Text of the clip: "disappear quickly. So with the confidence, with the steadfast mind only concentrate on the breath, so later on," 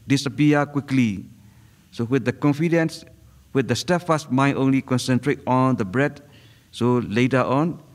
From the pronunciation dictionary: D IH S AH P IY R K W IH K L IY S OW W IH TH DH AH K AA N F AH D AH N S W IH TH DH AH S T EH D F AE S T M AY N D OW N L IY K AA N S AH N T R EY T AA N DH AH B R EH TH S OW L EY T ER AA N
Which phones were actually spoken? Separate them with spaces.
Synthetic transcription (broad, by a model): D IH S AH P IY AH K W IH K L IY S OW W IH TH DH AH K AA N F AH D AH N S W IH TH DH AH S T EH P F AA S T M AY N OW N L IY K AA N S AH N T R EY T AA N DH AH B R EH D S OW L EY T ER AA N